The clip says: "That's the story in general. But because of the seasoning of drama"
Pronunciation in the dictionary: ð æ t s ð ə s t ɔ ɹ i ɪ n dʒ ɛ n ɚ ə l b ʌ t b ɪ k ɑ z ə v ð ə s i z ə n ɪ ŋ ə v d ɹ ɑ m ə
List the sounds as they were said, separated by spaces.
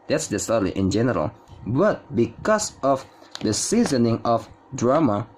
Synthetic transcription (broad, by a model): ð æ t s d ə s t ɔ l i ɪ n dʒ ɛ n ɚ ə l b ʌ t b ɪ k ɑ s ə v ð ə s i z ə n ɪ ŋ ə f d ɹ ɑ m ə